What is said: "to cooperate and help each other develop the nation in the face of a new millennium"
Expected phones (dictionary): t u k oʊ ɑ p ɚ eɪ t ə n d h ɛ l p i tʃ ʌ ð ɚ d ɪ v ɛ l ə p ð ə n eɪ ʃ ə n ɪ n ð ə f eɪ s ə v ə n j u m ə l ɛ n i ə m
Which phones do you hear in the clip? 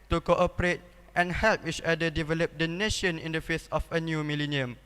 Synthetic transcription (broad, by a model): t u k oʊ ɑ p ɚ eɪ t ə n h ɛ l p i tʃ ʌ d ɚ d ɪ v ɛ l ə p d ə n eɪ ʃ ə n ɪ n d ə f eɪ s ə f ə n j u m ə l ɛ n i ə m